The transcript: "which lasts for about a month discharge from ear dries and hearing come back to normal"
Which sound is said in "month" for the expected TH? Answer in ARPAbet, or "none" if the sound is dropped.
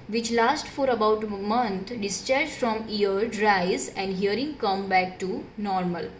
T